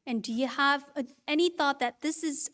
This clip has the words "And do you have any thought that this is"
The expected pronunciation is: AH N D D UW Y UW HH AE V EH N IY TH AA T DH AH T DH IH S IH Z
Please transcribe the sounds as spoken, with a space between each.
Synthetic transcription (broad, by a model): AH N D D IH Y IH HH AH V EH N IY TH AA T DH AH T DH IH S IH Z